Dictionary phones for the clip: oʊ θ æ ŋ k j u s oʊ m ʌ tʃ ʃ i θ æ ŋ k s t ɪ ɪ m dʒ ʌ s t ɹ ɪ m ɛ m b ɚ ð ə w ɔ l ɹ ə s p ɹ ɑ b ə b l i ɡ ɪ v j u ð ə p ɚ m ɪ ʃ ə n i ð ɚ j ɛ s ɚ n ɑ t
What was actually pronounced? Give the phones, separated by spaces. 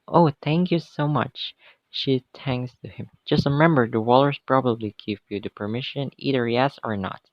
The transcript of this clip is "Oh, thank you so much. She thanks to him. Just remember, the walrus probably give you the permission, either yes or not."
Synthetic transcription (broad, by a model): oʊ θ æ ŋ k j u s oʊ m ʌ tʃ ʃ i t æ ŋ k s t ɪ ɪ m dʒ ʌ s t ɹ ɪ m ɛ m b ɚ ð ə w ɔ l ɹ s p ɹ ɑ b ə b l i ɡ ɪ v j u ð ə p ɚ m ɪ ʃ ə n i ð ɚ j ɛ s ɚ n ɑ t